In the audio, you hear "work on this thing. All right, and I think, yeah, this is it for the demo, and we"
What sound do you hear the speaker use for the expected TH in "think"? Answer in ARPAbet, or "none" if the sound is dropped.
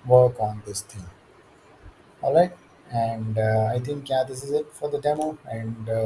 T